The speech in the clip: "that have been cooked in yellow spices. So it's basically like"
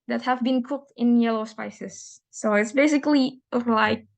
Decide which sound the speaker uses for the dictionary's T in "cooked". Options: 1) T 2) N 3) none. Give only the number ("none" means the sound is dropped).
1